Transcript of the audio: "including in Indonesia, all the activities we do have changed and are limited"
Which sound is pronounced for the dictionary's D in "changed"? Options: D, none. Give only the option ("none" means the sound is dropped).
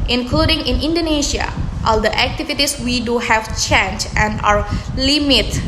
none